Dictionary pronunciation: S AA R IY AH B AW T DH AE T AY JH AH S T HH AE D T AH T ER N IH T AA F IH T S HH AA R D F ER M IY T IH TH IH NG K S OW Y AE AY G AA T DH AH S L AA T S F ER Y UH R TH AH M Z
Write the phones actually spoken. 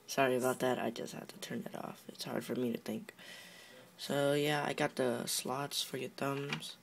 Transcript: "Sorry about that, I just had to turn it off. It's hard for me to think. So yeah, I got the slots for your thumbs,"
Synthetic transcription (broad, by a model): S AA R IY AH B AW T DH AE T AY JH AH S T HH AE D T AH T ER N IH T AA F IH T S HH AA R D F ER M IY T IH TH IH NG K S OW Y AE AY G AA T DH AH S L AA T S F ER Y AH R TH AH M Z